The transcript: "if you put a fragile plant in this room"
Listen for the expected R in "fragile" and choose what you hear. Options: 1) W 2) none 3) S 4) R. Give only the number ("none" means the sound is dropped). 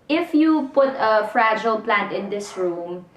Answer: 4